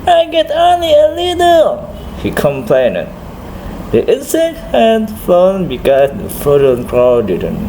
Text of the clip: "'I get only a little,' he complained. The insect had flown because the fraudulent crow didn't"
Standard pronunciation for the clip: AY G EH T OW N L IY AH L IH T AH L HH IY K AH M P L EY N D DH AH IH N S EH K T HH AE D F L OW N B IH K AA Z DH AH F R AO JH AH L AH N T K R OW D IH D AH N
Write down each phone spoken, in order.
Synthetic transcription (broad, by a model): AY G EH T OW N L IY AH L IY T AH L HH IY K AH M P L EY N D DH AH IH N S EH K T HH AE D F OW N B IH K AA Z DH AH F AO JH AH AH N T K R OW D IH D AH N